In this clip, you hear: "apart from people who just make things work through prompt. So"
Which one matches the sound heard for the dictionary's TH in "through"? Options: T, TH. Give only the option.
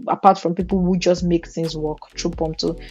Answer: T